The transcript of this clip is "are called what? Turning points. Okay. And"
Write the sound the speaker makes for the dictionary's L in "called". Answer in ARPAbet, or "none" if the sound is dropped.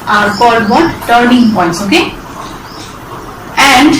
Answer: none